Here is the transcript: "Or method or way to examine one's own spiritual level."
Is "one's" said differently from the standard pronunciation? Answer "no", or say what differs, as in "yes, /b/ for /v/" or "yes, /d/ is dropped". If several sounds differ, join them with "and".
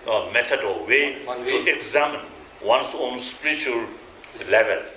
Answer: yes, /s/ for /z/